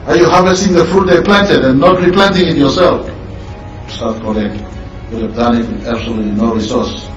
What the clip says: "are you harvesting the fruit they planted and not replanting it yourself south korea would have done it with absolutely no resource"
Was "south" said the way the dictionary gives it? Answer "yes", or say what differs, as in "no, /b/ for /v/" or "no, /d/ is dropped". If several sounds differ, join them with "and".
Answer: no, /t/ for /θ/